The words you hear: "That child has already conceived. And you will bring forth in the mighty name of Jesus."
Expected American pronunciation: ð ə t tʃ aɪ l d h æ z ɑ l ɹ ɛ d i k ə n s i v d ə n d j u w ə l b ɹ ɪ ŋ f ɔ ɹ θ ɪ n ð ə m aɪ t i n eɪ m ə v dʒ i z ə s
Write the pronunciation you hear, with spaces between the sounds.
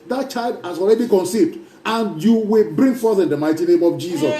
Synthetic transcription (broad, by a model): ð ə t tʃ aɪ l d h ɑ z ɑ l ɹ ɛ d i k ə n s i v d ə n j u w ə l b ɹ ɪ ŋ f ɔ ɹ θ ɪ n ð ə m aɪ t i n eɪ m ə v dʒ i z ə s